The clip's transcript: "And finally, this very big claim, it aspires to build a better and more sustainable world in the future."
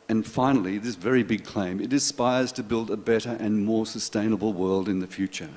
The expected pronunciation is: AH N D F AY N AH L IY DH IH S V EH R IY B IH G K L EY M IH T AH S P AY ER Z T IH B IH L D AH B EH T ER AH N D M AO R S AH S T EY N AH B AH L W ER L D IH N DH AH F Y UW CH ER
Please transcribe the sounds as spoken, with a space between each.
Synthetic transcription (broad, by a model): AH N F AY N L IY DH IH S V EH R IY B IH G K L EY M IH T AH S P AY ER Z T IH B IH L D AH B EH T ER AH N M AO R S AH S T EY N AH B L W ER L D IH N DH AH F Y UW CH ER